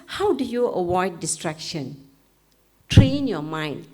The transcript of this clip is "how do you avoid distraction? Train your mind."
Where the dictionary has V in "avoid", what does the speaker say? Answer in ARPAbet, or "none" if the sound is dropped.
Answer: W